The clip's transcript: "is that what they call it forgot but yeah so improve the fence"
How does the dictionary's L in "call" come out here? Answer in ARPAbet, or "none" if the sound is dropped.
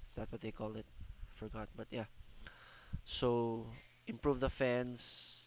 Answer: L